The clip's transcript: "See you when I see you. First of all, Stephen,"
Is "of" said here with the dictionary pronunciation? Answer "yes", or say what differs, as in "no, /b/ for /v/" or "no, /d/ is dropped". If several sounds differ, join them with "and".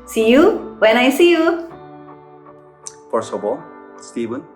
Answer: no, /b/ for /v/